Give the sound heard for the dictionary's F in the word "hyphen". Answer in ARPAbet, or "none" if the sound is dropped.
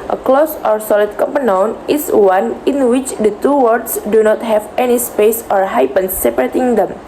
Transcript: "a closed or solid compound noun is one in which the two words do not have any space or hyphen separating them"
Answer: P